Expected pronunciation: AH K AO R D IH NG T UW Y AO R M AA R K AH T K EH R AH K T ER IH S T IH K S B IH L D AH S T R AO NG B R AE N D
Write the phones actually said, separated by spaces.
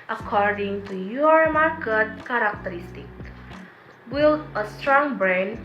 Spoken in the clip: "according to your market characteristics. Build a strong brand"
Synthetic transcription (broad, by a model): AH K AO R D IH NG T UW Y AO R M AA R K AH T K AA R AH K T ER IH S T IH K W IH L AH S T R AO NG B R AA N